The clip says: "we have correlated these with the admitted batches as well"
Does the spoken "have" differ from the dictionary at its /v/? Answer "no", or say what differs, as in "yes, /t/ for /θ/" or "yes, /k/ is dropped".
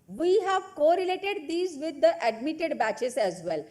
no